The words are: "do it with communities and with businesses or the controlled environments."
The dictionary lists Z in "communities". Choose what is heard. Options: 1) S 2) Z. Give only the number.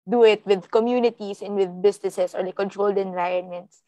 1